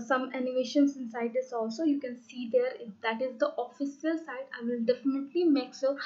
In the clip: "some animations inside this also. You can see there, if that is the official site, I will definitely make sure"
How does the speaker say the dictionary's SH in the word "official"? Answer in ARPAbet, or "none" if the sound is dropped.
S